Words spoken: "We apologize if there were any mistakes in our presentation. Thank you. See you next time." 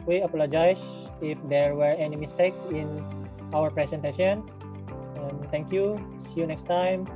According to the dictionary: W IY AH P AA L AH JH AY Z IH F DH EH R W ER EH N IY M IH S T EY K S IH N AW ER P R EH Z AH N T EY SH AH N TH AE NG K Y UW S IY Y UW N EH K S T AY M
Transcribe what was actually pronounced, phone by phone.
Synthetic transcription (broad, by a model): W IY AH P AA L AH JH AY S IH F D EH R W ER EH N IY M IH S T EY K S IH N AW ER P R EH S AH N T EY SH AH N T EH NG K Y UW S IY Y UW N EH K S T AY M